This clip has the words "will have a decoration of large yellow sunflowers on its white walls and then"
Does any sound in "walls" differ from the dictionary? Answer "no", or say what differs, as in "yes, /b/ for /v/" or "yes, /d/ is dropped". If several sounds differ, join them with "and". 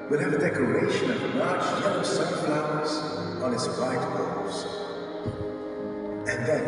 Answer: yes, /l/ is dropped